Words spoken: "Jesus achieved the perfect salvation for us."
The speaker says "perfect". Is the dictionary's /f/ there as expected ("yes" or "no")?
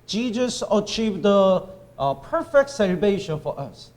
yes